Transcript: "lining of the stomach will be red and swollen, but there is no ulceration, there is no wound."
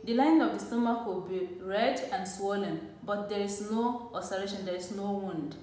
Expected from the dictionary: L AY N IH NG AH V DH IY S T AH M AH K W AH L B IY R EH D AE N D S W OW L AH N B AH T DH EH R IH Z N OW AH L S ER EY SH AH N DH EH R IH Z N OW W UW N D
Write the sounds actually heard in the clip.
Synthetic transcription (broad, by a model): L AY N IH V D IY S T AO M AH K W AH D B IY R EH D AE N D S W OW L AH N B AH T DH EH R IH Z N OW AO S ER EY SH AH N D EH R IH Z N OW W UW N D